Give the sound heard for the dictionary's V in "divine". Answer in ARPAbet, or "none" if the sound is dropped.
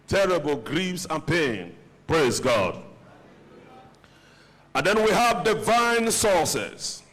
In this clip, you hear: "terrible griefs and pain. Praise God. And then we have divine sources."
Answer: V